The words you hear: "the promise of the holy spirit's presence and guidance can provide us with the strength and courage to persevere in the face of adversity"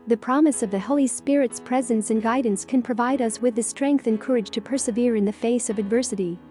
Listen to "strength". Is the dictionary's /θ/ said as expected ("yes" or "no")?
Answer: yes